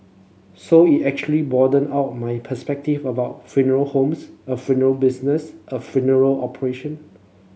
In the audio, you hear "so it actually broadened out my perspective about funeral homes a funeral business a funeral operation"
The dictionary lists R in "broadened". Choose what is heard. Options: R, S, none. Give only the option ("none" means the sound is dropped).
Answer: none